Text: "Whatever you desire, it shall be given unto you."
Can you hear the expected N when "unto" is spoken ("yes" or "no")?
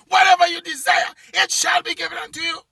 yes